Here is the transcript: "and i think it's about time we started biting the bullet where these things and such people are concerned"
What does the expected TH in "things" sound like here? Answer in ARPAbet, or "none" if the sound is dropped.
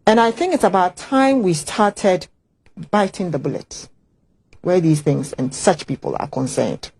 TH